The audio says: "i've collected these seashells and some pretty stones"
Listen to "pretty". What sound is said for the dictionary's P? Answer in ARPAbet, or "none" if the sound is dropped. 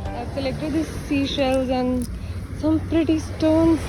P